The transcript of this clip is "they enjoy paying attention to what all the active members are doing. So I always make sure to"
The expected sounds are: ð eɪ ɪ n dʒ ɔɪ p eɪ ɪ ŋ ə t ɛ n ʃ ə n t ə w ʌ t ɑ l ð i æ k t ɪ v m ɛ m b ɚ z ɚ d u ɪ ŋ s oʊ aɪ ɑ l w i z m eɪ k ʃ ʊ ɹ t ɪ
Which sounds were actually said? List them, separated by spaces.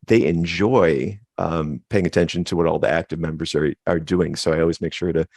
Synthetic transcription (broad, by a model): ð eɪ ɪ n dʒ ɔɪ p eɪ ɪ ŋ ə t ɛ n ʃ ə n t ə w ʌ t ɑ l ð i æ k t ɪ v m ɛ m b ɚ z ɚ d u ɪ ŋ s oʊ aɪ ɑ l w i z m eɪ k ʃ ʊ ɹ t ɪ